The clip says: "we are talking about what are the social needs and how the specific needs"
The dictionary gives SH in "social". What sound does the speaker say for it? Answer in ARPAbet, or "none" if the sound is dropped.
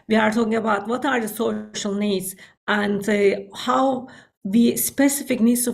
SH